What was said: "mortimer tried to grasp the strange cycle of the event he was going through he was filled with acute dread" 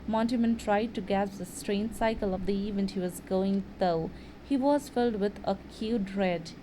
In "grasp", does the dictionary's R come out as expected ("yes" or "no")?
no